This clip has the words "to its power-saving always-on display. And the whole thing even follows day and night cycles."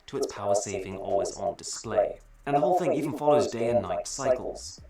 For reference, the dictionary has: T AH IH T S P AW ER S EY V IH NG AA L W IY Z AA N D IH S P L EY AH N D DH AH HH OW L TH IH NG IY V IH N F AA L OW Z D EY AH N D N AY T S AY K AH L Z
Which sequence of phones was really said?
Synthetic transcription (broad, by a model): T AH IH T S P AW ER S EY V IH NG AA L W IY Z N D IH S P L EY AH N DH AH HH OW L TH IH NG IY V N F AA L OW Z D EY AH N N AY T S AY K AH L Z